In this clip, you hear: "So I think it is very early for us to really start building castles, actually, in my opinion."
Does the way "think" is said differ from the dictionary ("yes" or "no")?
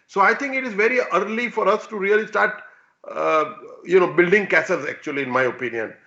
yes